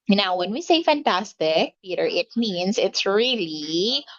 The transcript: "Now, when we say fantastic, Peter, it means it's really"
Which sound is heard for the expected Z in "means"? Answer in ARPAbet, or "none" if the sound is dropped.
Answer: S